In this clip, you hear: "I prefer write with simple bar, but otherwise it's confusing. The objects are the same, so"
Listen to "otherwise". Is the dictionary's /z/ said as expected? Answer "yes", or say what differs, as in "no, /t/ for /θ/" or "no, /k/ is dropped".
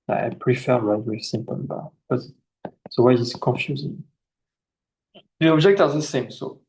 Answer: no, /z/ is dropped